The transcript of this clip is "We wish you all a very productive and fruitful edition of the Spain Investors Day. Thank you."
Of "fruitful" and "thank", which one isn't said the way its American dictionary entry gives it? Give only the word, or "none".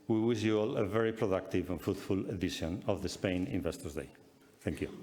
fruitful